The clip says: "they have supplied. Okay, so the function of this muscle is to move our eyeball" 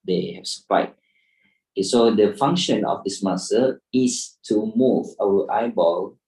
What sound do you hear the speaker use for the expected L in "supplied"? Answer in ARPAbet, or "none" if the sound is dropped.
none